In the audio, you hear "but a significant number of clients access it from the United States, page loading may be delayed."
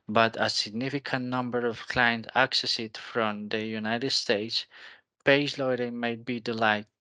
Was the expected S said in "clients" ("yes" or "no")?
no